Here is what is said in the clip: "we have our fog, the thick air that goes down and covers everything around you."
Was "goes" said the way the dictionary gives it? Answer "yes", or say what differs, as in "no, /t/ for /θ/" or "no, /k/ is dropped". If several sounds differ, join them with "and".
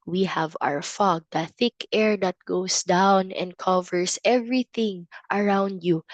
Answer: no, /s/ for /z/